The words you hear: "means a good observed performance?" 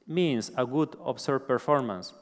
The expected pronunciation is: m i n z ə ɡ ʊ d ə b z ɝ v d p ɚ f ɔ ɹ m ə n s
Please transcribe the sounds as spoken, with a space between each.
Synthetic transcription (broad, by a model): m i n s ə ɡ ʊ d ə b s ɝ d p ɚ f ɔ ɹ m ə n s